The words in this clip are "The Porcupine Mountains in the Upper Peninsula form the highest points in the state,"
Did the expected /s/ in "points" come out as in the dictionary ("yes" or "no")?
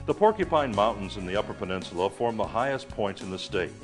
no